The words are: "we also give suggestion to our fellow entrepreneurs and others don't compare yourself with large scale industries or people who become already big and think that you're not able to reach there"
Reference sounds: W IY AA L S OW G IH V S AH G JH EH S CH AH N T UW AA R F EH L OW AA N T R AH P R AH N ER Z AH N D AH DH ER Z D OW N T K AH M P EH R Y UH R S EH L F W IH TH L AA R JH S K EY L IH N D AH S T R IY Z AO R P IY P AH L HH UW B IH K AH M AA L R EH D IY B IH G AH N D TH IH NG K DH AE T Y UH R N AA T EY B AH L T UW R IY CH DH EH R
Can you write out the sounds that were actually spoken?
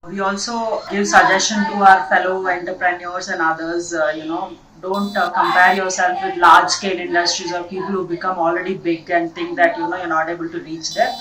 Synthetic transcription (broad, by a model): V IY AA L S OW G IH V S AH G JH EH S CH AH N T UW AA R F EH L OW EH N T R P R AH N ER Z AH N D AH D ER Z D OW N T K AH M P EH R Y UH R S EH L F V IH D L AA R JH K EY N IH N D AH S T R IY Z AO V P IY P AH L HH UW B IH K AH M AA L R EH D IY B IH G AH N D T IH NG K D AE T Y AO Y N AA T EY B AH L T UW R IY CH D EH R